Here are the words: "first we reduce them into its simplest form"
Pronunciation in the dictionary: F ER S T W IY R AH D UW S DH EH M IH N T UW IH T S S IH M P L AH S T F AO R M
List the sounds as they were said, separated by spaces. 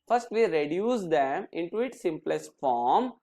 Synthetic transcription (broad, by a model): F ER S T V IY R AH D UW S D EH M IH N T UW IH T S S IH M P L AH S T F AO R M